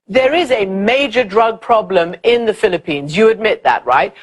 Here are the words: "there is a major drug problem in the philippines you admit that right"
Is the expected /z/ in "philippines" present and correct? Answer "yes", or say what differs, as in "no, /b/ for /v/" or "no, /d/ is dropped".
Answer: yes